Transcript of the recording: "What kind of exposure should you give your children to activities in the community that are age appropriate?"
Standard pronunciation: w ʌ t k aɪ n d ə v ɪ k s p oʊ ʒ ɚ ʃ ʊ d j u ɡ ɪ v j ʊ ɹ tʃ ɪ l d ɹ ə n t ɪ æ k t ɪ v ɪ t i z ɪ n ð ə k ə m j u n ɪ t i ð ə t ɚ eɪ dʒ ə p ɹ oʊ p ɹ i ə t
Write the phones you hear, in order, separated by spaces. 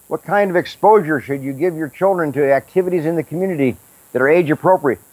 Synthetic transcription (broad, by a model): w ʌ t k aɪ n d ə v ɪ k s p oʊ ʒ ɚ ʃ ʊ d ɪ ɡ ɪ v j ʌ ɹ tʃ ɪ l d ɹ ə n t ɪ æ k t ɪ v ɪ t i z ɪ n ð ə k m j u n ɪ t i ð ə t ɚ eɪ dʒ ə p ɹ oʊ p ɹ i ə t